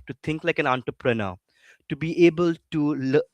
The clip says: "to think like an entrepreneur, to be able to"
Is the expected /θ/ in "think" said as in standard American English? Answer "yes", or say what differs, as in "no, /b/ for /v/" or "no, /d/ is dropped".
no, /t/ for /θ/